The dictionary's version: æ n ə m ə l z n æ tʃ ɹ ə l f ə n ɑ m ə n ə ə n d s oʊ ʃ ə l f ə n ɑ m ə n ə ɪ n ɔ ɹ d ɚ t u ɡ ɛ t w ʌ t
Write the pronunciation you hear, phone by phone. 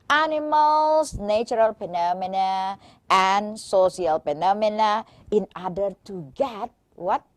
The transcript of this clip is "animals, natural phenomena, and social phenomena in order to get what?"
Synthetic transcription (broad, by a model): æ n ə m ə l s n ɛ tʃ ɹ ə l p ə n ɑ m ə n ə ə n s oʊ s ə l p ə n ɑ m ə n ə ɪ n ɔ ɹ d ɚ t u ɡ ɛ t w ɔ t